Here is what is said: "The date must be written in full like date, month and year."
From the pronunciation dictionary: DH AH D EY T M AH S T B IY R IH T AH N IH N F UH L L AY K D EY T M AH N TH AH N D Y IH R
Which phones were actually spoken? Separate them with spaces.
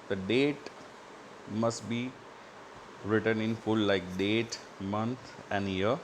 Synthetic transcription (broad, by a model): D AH D EY T M AH S T B IY R IH T AH N IH N F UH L L AY K D EY T M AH N T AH N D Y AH R